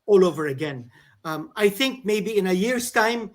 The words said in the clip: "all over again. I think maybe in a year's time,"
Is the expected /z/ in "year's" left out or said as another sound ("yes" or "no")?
yes